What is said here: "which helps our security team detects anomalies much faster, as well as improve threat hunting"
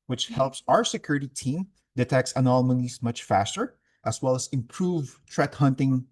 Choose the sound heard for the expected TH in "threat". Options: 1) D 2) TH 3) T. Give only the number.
3